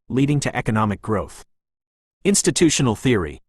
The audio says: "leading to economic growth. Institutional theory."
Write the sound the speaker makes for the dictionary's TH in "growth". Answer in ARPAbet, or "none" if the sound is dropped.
TH